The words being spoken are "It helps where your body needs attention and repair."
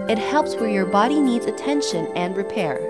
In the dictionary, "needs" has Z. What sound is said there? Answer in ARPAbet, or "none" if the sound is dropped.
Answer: Z